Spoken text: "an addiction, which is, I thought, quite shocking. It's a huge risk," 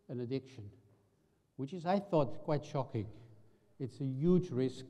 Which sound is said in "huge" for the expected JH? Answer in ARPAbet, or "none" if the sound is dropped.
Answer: JH